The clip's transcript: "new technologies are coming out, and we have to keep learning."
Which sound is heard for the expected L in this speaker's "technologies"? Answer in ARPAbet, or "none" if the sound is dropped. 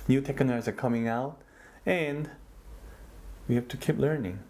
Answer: N